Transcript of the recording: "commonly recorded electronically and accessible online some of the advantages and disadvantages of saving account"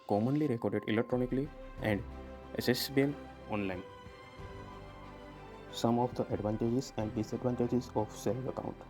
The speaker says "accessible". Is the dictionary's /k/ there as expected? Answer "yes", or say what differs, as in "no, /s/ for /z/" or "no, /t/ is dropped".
no, /k/ is dropped